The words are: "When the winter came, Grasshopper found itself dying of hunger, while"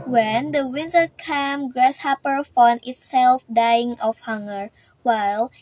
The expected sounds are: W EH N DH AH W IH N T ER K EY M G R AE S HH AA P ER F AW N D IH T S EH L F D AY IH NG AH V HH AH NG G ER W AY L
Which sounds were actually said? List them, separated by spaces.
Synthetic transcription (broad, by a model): W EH N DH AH W IH N T ER K EY M G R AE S HH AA P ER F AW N IH T S EH L F D AY IH NG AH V HH AH NG G ER W AY L